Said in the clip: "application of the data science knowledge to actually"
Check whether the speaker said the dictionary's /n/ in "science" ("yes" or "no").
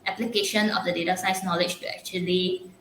no